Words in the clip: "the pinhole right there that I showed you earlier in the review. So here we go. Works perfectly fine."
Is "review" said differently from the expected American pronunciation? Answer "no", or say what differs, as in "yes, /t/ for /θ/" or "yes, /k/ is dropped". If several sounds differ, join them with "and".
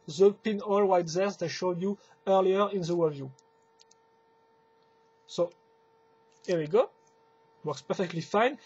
yes, /w/ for /ɹ/